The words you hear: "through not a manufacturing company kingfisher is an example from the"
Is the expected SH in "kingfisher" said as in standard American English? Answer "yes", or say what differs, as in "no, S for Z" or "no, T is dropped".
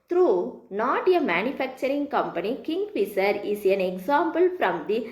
no, S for SH